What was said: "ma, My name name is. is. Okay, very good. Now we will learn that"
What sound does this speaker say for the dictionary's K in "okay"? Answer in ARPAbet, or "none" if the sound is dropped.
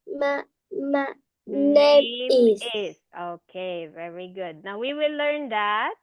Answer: K